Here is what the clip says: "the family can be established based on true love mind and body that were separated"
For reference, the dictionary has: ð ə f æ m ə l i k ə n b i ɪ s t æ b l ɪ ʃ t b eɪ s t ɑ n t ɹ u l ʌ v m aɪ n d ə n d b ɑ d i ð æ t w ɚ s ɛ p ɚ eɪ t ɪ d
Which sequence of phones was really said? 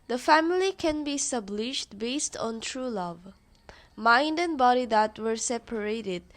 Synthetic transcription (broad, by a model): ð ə f æ m ə l i k ə n b i s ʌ b l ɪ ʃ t b eɪ s t ɑ n t ɹ u l ʌ v m aɪ n d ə n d b ɑ d i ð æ t w ɚ s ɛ p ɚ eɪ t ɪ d